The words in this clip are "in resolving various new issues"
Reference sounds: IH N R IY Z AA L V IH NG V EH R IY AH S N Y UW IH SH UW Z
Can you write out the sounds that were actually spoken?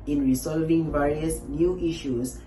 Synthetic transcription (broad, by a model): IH N R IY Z AA L V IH NG V EH R IY AH S N Y UW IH SH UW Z